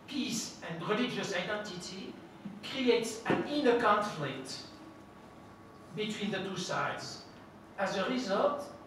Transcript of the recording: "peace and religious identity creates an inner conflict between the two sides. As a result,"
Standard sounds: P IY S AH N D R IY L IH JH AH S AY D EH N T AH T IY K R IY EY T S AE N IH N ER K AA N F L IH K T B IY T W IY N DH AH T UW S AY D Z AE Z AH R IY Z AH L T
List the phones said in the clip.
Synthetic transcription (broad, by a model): P IY S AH N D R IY L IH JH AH S AY D EH N T AH T IY K R IY EY T S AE N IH N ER K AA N F L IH K T B IY T W IY N DH AH T UW S AY D Z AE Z AH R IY Z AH L T